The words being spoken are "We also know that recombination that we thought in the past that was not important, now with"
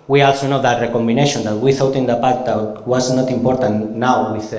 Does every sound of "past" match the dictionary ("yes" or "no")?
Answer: no